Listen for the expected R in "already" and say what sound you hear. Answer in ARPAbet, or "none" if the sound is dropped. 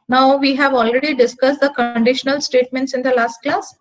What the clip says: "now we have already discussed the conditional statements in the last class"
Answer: R